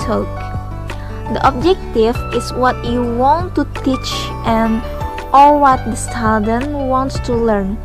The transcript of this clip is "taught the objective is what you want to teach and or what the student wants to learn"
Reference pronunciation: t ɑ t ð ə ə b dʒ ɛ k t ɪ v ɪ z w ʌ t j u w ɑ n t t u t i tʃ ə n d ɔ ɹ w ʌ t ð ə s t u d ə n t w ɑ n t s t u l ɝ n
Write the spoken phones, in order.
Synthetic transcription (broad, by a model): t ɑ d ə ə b dʒ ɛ k t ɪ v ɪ s w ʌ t j u w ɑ n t t u t i tʃ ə n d ɔ l w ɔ t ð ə s t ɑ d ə n w ɑ n t s t u l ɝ n